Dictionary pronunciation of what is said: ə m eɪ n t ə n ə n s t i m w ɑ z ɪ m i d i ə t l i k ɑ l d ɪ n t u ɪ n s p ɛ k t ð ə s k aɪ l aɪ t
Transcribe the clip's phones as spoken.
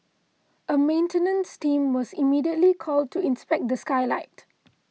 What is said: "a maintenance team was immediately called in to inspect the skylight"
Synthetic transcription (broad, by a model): ə m eɪ n t ə n ə n s t i m w ɑ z ɪ m i d i ə t l i k ɑ l d t u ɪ n s p ɛ k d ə s k aɪ l aɪ t